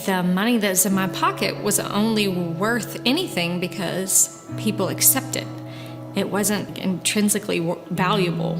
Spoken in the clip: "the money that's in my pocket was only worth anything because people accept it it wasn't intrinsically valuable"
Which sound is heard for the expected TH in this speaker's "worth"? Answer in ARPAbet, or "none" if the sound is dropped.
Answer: TH